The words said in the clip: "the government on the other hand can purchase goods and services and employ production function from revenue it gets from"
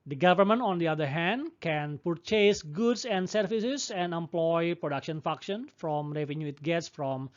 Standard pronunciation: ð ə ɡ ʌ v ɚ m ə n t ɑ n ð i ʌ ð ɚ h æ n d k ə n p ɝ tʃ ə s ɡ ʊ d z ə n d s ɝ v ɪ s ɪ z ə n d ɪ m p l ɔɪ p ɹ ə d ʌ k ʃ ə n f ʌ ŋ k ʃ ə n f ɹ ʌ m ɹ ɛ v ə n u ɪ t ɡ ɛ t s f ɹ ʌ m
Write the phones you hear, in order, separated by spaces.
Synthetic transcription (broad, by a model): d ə ɡ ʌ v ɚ m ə n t ɑ n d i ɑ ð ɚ h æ n d k ə n p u tʃ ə s ɡ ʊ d s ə n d s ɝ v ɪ s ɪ s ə n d ɪ m p l ɔɪ p ɹ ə d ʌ k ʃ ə n f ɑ k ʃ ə n f ɹ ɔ m ɹ ɛ v ə n u ɪ t ɡ ɛ t s f ɹ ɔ m